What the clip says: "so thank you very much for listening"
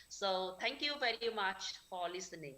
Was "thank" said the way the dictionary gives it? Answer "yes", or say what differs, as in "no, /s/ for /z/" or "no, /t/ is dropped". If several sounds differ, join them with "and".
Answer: no, /t/ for /θ/